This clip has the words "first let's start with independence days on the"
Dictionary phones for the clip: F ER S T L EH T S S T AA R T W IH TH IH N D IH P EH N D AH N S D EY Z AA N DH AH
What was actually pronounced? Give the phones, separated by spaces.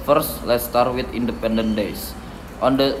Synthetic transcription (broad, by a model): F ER S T L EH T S S T AA R T W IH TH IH N D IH P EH N D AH N D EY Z AA N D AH